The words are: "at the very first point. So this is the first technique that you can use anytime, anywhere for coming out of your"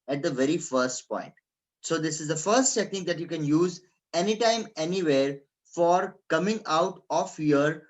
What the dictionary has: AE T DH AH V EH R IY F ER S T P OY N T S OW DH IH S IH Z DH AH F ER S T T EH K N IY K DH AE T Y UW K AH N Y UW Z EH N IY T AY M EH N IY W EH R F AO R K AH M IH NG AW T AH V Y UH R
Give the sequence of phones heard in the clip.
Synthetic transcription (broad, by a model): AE T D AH V EH R IY F ER S T P OY N T S OW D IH S IH Z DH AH F ER S T S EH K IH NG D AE T Y UW K AH N Y UW Z EH N IY T AY M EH N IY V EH R F AO R K AH M IH NG AW T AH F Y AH R